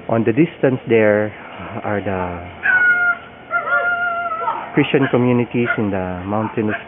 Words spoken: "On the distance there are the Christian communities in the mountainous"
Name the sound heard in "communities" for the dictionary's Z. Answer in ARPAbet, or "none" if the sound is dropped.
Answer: S